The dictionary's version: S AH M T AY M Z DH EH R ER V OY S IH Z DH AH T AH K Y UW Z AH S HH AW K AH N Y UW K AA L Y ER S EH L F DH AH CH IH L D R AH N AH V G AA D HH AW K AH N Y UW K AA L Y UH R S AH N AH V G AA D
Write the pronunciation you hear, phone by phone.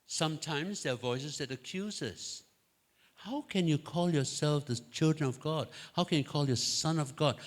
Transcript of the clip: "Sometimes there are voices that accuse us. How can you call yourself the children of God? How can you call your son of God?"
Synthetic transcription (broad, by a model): S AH M T AY M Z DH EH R V OY S IH Z DH AH T AH K Y UW Z AH S HH AW K AH N Y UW K AA L Y ER S EH L F DH AH CH IH L D R AH N AH V G AA D HH AW K AH N Y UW K AA L Y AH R S AH N AH V G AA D